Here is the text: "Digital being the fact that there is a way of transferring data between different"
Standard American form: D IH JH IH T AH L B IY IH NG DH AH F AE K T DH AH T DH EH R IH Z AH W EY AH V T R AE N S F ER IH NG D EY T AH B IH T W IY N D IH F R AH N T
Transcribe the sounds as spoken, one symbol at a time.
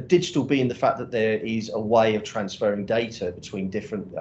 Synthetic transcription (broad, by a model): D IH JH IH T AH L B IY IH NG DH AH F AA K DH AH T DH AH R IH Z AH W EY AH V T R AE N S F ER IH NG D EY T AH B IH T W IY N D IH F R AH N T